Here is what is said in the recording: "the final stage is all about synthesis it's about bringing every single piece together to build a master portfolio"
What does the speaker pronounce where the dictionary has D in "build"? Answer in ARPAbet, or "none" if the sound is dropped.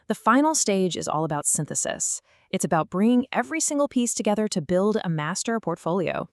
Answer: D